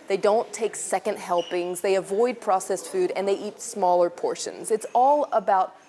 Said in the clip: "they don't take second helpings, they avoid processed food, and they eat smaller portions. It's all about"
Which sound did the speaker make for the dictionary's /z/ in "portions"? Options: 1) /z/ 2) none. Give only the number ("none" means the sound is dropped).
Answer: 1